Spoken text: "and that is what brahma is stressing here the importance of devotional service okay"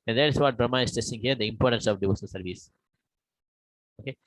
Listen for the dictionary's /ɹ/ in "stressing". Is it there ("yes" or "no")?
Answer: no